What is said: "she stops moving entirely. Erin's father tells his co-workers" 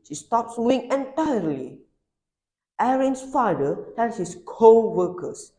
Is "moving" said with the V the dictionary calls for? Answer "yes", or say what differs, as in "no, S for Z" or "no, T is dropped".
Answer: no, V is dropped